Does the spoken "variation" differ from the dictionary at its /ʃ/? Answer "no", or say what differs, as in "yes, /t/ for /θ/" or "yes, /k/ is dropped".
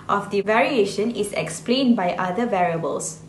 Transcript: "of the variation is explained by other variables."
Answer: no